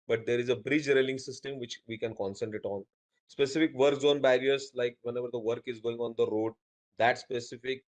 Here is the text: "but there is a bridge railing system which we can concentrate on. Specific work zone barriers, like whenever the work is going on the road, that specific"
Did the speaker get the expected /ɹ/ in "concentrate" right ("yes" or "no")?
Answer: no